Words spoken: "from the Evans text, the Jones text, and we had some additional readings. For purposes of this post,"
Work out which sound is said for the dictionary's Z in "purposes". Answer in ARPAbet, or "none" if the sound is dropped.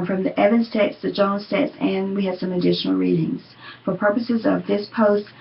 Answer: Z